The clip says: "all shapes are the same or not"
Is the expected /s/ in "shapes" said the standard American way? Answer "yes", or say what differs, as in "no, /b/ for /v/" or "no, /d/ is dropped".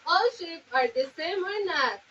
no, /s/ is dropped